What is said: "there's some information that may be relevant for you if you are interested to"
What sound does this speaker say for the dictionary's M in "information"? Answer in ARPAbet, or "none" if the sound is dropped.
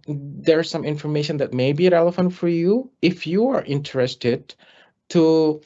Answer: M